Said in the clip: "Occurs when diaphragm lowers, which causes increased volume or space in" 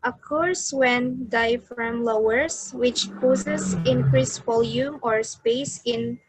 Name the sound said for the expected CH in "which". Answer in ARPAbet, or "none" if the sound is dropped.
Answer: CH